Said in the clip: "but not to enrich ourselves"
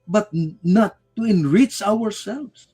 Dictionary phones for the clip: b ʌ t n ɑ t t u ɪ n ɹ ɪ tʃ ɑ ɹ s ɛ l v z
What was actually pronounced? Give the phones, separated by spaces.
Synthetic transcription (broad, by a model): b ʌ t n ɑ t t u ɪ n ɹ ɪ tʃ ɑ ɹ s ɛ l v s